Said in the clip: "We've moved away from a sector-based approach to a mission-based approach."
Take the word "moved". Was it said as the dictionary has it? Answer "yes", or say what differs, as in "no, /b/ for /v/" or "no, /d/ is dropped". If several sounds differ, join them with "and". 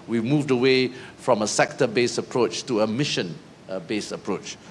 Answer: yes